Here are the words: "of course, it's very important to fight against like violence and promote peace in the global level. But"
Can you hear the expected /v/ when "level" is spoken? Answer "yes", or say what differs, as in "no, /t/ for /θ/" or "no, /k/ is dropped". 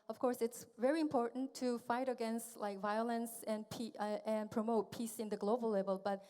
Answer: yes